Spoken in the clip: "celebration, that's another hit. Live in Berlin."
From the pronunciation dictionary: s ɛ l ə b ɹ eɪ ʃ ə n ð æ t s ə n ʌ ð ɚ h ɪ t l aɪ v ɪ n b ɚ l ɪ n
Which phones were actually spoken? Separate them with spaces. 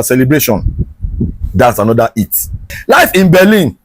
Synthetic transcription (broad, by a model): s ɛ l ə b ɹ eɪ ʃ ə n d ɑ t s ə n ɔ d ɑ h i t l aɪ f ɪ n b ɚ l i n